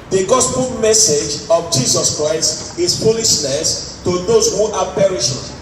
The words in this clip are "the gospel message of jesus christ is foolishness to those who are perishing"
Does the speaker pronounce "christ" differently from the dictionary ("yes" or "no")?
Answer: no